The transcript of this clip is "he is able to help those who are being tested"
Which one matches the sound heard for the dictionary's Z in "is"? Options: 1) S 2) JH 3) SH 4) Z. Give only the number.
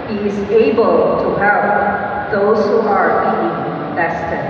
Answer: 4